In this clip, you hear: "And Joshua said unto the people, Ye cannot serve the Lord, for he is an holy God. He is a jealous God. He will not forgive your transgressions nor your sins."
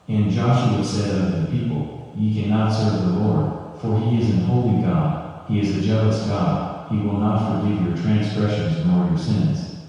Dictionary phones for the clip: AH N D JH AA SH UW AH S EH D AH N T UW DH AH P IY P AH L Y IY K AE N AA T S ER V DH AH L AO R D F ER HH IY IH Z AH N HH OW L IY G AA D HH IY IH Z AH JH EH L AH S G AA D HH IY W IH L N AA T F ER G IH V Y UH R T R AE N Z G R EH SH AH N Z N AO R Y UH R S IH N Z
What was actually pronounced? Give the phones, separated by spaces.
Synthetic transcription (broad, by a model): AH N JH AA SH UW AH S EH D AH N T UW DH AH P IY P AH L Y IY K AE N AA T S ER V DH AH L AO R D F ER IY IH Z AH N HH OW L IY G AA D HH IY IH Z AH JH EH L AH S G AA D HH IY W IH L N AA T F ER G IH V Y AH R T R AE N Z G R EH SH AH N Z N AO R Y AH R S IH N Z